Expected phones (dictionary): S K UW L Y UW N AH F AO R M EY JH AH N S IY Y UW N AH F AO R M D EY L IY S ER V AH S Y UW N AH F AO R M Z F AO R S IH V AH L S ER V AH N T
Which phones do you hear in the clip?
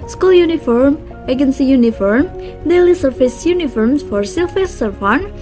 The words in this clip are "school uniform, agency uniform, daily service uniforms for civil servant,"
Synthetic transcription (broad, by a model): S K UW L Y UW N AH F AO R M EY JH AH N S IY Y UW N AH F AO R M D EY L IY S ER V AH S Y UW N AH F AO R M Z F AO R S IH F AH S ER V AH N